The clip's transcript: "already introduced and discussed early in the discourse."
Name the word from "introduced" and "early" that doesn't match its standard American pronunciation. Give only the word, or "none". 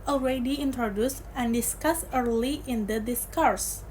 none